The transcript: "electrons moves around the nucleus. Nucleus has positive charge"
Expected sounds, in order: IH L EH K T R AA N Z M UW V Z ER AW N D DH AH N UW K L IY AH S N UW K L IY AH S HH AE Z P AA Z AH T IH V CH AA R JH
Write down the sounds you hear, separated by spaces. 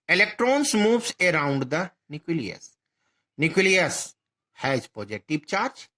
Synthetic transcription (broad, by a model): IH L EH K T R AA N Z M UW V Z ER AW N D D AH N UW K L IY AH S N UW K L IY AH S HH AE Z P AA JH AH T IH P CH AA R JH